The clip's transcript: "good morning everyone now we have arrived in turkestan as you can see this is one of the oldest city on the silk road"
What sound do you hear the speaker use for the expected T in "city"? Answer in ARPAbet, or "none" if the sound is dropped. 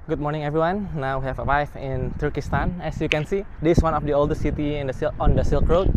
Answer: S